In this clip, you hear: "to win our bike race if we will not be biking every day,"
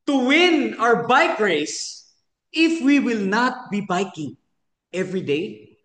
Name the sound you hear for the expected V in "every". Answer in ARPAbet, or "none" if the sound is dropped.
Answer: V